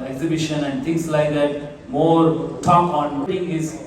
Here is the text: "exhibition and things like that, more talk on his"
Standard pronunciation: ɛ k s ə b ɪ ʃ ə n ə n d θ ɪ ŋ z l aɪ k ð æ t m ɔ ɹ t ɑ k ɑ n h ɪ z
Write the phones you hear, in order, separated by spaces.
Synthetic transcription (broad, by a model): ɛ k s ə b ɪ ʃ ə n ə n d t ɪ ŋ s l aɪ k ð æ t m ɔ ɹ t ɑ k ɑ n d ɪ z